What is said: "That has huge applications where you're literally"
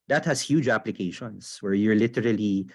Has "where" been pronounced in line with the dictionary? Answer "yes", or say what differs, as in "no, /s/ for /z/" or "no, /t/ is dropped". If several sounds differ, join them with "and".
yes